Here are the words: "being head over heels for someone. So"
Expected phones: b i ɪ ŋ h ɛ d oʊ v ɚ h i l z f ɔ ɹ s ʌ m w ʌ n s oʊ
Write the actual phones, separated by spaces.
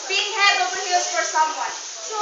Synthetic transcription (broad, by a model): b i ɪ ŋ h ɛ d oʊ p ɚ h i z f ɔ ɹ s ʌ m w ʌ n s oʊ